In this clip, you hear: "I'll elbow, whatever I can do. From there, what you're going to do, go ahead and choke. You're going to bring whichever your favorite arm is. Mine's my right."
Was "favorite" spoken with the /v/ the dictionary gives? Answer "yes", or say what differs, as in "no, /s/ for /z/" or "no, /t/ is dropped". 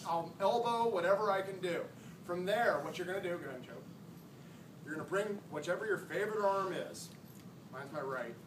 yes